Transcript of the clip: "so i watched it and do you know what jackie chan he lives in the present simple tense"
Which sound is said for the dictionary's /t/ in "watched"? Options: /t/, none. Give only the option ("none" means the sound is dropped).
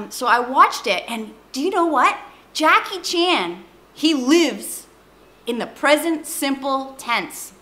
/t/